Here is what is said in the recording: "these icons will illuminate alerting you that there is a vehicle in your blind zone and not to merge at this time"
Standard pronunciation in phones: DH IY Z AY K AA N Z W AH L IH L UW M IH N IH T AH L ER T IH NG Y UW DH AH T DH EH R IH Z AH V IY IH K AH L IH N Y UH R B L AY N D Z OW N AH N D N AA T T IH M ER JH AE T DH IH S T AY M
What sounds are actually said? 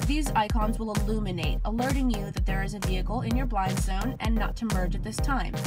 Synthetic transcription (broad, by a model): DH IY Z AY K AA N Z W AH L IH L UW M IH N IH T AH L ER T IH NG Y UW DH AH T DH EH R IH Z AH V IY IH K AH L IH N Y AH R B L AY N D Z OW N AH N N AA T T IH M ER JH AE T DH IH S T AY M